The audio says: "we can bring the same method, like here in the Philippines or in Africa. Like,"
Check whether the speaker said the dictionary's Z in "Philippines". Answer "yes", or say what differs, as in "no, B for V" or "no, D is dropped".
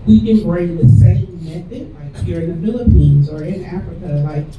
yes